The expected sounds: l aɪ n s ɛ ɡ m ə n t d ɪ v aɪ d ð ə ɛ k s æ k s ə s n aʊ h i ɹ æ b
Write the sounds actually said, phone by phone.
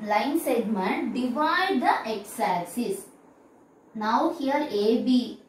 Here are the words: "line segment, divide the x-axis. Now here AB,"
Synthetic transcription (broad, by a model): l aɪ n s ɛ ɡ m ə n t d ɪ v aɪ d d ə ɛ k s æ s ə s n aʊ h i ɹ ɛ b